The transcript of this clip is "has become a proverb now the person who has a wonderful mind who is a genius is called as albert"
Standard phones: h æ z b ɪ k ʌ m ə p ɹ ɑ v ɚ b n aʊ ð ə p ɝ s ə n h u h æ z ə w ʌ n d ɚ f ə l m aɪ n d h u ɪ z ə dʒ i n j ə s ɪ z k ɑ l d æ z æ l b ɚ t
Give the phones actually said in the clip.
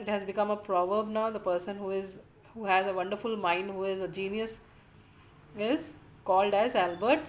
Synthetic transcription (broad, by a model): h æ z b ɪ k ʌ m ə p ɹ ɑ v ɚ b n aʊ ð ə p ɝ s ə n h u h æ z ə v ʌ n d ɚ f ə l m aɪ n d h u ɪ z ə dʒ i n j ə s ɪ z k ɑ l d æ z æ l b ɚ t